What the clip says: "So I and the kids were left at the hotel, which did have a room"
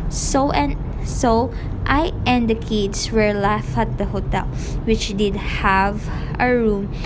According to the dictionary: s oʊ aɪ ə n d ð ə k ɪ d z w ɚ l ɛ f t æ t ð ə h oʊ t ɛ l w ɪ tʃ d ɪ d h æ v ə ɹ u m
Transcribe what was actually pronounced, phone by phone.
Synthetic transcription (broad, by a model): s oʊ aɪ ə n d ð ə k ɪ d s w ɚ l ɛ f æ t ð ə h oʊ t ɛ l w ɪ tʃ d ɪ d h æ v ə ɹ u m